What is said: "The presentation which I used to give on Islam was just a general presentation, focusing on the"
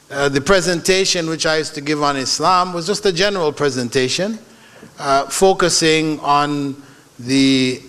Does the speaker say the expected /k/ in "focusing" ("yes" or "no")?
yes